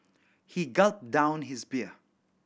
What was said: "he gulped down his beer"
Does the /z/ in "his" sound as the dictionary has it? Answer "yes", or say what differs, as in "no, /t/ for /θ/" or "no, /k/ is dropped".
yes